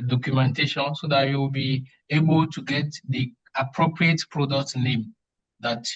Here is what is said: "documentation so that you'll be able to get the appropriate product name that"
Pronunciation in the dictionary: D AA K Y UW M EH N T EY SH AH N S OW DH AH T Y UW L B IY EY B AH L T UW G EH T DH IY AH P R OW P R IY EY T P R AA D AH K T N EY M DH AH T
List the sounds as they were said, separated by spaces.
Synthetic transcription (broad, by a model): D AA K Y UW M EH N T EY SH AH N S OW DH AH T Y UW W B IY EY B AH L T UW G EH T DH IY AH P R OW P R IY EY T P R AA D AH K T N EY M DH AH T